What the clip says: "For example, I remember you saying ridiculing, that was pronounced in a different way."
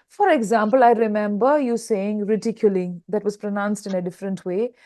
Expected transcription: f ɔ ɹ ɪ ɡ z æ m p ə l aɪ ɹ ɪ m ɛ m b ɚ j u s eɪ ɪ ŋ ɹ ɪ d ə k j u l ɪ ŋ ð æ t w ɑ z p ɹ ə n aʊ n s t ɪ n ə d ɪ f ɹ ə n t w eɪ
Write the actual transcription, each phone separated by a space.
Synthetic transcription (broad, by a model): f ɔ ɹ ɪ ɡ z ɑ m p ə l aɪ ɹ ɪ m ɛ m b ɚ j u s eɪ ɪ ŋ ɹ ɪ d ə k j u l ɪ ŋ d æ t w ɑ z p ɹ ə n aʊ n s t ɪ n ə d ɪ f ɹ ə n t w eɪ